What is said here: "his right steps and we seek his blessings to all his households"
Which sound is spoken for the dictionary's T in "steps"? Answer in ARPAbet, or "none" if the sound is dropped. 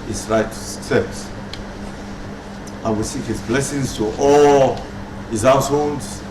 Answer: S